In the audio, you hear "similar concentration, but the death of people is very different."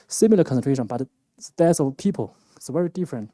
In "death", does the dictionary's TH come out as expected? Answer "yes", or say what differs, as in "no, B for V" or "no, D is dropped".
no, S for TH